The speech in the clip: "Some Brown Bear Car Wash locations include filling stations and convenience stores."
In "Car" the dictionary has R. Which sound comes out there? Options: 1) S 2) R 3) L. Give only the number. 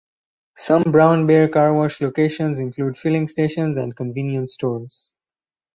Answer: 2